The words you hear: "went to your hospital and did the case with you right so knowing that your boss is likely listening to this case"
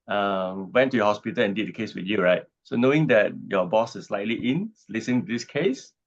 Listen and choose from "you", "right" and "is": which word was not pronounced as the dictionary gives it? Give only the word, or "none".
is